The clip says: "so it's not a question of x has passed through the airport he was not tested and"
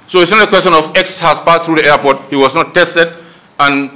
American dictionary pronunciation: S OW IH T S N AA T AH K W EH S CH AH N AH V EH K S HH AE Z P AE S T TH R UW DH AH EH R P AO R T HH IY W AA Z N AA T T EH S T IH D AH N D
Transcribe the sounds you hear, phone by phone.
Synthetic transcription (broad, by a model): S OW IH T S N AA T AH K W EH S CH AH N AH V EH K S HH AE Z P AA T TH R UW DH AH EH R P AO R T HH IY W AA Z N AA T T EH S T IH D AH N